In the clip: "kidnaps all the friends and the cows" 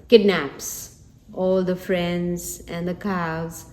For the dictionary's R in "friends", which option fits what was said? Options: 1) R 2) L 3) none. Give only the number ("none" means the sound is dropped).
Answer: 1